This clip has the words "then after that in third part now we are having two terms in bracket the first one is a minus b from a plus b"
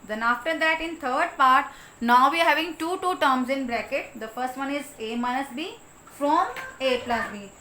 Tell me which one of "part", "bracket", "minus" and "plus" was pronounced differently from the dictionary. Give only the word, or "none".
none